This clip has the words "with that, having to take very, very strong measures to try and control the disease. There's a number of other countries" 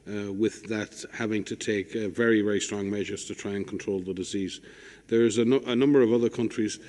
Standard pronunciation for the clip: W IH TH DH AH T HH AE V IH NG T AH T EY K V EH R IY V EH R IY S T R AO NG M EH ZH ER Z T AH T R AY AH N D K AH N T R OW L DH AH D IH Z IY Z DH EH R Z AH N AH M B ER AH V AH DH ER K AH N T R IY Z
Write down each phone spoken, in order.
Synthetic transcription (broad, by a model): W IH DH AH T HH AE V IH NG T AH T EY K V EH R IY V EH R IY S T R AO NG M EH ZH ER Z T AH T R AY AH N K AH N T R OW L DH AH D IH Z IY Z DH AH R Z AH N AH M B ER AH V AH DH ER K AH N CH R IY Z